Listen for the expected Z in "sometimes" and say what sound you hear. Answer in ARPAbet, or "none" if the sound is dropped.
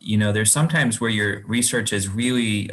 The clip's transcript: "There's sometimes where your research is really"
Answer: Z